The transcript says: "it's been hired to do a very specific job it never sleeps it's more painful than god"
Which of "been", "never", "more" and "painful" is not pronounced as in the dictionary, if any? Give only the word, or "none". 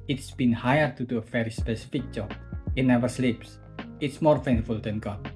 painful